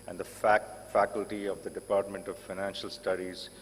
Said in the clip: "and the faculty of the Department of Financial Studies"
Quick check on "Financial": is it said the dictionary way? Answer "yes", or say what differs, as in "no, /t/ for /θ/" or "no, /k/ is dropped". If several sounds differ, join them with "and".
yes